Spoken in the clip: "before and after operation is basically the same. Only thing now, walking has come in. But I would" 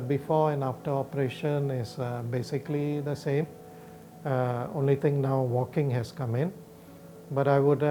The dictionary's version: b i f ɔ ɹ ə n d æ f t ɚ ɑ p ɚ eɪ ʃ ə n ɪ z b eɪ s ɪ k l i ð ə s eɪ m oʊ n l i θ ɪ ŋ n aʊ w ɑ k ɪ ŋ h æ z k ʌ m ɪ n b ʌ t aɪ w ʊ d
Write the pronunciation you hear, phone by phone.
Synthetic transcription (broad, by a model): b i f ɔ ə n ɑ f t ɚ ɑ p ɚ eɪ ʃ ə n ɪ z b eɪ s ɪ k l i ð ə s eɪ m oʊ n l i t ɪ ŋ n aʊ w ɑ k ɪ ŋ h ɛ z k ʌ m ɪ n b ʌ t aɪ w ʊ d